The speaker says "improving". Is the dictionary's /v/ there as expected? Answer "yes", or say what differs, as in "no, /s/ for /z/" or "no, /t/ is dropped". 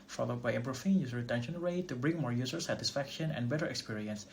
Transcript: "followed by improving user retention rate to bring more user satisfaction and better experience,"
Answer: no, /f/ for /v/